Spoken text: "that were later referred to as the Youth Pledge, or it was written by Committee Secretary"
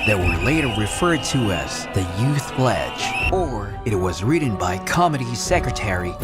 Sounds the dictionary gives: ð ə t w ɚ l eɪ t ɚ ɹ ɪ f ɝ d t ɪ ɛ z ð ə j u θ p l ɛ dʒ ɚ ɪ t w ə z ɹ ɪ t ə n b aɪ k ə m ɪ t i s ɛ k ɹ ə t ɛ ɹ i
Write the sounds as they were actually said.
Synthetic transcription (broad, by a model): ð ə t w ɚ l eɪ t ɚ ɹ ɪ f ɝ d t ɪ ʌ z ð ə j u θ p l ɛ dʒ ɚ ɪ t w ə z ɹ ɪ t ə n b aɪ k ə m ɪ t i s ɛ k ɹ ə t ɛ ɹ i